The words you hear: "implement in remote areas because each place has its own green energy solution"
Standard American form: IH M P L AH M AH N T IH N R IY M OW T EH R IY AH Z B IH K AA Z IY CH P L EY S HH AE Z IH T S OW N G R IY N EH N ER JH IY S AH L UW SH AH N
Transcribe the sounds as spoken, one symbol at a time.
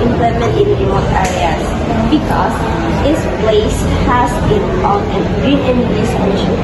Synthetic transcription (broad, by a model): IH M P L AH M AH N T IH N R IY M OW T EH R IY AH S B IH K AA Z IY S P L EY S HH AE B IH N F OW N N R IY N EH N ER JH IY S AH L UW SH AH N